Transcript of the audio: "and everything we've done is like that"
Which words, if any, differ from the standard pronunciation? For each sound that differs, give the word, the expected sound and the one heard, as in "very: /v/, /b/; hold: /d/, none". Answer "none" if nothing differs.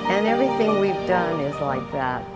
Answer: none